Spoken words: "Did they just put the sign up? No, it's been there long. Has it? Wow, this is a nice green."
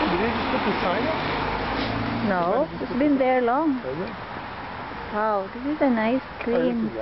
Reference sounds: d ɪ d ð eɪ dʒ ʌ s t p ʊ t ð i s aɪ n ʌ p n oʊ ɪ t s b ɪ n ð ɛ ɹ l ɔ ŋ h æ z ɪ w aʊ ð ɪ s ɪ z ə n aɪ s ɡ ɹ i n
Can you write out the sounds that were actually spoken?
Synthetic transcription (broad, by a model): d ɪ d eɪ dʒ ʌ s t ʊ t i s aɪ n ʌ n oʊ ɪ s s b ɪ n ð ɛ ɹ l ɔ ŋ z w aʊ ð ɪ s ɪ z ə n aɪ s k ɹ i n